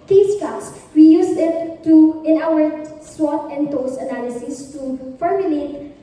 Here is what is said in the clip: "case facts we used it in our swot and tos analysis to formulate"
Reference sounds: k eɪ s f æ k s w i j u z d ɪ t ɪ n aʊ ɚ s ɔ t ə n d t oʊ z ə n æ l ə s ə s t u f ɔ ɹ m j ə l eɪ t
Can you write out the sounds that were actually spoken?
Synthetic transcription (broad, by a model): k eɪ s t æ s w i j u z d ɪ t ɪ n aʊ ɚ s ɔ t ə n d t oʊ s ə n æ l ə s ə s t u f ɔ ɹ m j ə l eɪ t